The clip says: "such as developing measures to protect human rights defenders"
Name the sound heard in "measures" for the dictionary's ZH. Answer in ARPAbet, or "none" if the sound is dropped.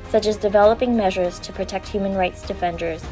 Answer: ZH